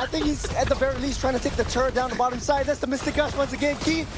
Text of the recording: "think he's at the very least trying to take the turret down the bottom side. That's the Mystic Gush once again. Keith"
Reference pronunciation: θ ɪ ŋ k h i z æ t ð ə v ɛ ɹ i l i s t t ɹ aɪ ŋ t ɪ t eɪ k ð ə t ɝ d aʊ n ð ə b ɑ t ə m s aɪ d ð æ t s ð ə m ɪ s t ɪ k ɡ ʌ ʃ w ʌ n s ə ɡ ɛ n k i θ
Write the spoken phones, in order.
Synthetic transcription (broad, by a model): θ ɪ ŋ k h i z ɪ t ð ə v ɛ ɹ i l i s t t ɹ aɪ ŋ t ɪ t eɪ k ð ə t ɝ d aʊ n ð ə b ɑ t ə m s aɪ d ð æ t s ð ə m ɪ s t ɪ k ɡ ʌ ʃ w ʌ n s ə ɡ ɛ n k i